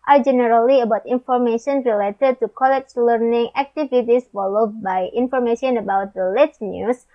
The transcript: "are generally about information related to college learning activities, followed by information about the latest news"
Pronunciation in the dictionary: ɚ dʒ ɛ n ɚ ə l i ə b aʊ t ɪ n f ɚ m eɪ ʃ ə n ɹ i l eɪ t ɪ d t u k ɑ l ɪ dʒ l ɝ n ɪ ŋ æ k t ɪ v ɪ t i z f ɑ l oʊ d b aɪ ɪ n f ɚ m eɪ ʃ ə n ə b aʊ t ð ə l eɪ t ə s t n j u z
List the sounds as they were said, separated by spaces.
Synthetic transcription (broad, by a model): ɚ dʒ ɛ n ɚ ə l i ə b aʊ t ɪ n f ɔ m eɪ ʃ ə n ɹ i l eɪ t ɪ d t u k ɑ l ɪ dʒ l ɝ n ɪ ŋ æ k t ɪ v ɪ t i s f ɑ l oʊ d b aɪ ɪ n f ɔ m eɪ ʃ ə n ə b aʊ t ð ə l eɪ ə t n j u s